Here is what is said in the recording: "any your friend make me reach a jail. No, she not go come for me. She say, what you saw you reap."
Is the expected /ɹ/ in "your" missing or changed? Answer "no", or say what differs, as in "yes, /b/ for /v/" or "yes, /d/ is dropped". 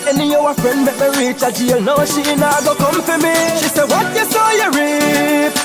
yes, /w/ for /ɹ/